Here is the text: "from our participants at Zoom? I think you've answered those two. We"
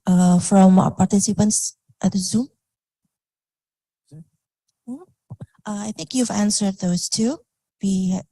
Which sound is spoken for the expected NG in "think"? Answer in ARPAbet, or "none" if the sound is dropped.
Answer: NG